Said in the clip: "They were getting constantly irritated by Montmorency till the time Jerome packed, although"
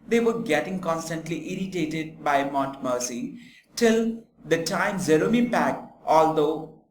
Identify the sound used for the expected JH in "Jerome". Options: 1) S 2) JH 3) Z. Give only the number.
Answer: 3